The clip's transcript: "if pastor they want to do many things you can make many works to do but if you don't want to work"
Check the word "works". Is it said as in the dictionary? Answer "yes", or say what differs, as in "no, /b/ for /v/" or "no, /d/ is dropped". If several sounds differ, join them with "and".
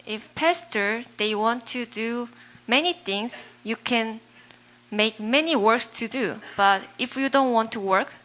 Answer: yes